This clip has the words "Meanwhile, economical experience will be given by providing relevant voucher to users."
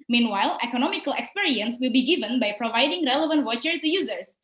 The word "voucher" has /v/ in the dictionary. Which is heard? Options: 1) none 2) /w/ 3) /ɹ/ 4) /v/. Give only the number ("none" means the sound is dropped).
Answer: 2